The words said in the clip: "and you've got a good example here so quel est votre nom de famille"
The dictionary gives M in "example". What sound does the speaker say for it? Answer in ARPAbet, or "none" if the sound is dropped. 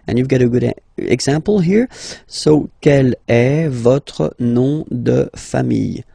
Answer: none